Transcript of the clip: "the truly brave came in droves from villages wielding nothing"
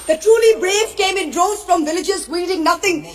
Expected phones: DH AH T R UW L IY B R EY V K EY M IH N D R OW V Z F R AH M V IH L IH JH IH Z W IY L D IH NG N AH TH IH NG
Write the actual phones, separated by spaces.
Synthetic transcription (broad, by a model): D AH T R UW L IY B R EY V K EY M IH N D R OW Z F R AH M V IH L IH JH IH Z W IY D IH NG N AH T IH NG